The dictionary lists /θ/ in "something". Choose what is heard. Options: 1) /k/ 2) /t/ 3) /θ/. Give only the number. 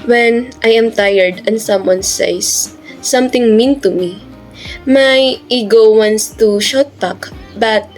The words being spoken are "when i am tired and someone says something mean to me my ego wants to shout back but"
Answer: 2